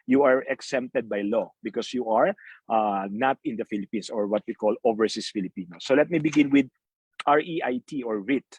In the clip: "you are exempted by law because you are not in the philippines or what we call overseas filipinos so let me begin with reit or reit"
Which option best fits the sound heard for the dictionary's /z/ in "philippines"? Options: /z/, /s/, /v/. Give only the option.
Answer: /s/